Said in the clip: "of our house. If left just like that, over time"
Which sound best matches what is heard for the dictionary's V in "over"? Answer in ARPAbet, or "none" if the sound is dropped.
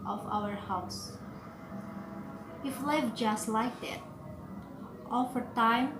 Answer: F